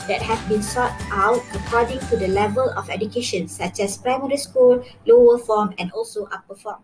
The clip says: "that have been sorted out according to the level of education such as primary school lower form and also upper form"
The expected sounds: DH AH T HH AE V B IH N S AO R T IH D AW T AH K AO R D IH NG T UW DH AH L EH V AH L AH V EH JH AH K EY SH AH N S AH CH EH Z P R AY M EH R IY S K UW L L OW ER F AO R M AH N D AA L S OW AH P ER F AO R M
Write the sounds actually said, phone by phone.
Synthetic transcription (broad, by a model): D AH T HH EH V B IH N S AO T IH UH T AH K AO D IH NG T UW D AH L EH V AH L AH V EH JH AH K EY SH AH N S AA CH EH S P R AY M EH R IY S K UW L L OW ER F AO M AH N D AA L S OW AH P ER F AO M